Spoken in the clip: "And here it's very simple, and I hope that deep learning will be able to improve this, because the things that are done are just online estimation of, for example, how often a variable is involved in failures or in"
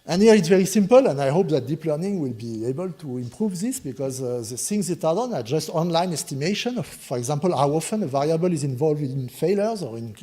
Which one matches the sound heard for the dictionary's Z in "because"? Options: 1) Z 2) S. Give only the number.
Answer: 1